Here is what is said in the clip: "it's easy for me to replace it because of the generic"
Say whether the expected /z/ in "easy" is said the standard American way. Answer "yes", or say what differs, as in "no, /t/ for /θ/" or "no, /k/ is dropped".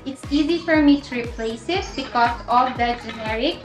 yes